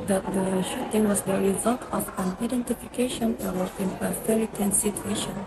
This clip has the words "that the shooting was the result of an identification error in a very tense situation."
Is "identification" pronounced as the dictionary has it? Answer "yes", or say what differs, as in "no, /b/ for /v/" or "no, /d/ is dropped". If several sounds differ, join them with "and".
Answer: yes